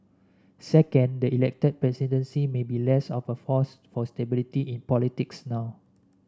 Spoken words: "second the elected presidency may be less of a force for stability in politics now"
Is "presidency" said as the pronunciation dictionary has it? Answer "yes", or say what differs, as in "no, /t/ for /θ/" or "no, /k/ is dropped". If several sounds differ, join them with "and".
no, /s/ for /z/